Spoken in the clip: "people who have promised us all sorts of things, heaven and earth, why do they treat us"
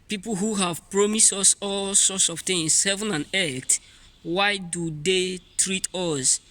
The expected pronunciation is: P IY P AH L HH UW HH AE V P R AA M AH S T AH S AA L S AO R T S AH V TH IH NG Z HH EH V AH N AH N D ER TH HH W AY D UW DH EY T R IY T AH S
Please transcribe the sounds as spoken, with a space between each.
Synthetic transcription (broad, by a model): P IY P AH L HH UW HH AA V P R AA M AH S T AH S AA L S AO T S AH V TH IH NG S HH EH V AH N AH N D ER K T W AY D UW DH EY T R IY T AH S